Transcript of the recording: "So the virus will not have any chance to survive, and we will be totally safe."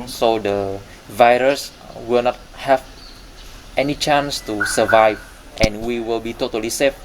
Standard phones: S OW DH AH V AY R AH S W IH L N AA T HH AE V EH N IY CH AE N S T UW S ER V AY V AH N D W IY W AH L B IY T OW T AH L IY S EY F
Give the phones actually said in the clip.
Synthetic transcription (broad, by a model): S OW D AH V AY R AH S W IH L N AA T HH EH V EH N IY CH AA N S T UW S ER V AY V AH N W IY W AH L B IY T OW T AH L IY S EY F